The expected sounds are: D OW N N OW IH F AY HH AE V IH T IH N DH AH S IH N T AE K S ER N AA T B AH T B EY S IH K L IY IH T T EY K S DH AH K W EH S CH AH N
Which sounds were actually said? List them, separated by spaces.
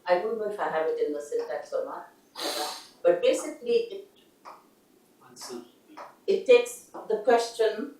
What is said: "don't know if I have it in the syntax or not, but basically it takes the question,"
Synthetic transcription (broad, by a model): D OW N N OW IH F AY HH AE V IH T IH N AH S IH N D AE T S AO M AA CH B AH T B EY S IH K L IY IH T T EY K S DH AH K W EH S CH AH N